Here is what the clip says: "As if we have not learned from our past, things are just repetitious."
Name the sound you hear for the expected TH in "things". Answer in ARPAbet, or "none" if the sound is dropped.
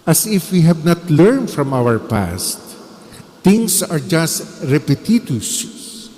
T